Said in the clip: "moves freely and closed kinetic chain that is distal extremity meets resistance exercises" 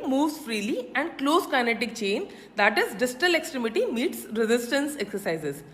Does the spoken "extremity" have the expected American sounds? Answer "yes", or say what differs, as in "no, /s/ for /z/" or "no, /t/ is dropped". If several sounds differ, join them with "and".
yes